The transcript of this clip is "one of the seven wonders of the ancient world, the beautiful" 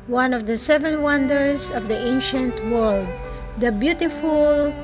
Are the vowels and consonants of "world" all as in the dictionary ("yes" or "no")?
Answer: yes